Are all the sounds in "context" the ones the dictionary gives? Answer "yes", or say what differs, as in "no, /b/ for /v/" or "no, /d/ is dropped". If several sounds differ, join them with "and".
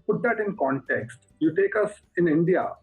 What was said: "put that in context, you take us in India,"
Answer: yes